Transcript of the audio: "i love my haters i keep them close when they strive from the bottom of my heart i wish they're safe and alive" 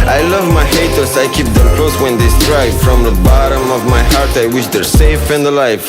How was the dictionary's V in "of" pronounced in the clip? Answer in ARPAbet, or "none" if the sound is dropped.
V